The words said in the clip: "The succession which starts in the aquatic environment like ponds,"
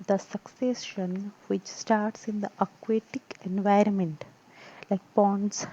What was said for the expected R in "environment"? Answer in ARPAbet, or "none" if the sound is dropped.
R